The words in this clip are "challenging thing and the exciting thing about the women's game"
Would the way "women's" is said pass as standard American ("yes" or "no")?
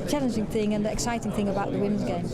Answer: yes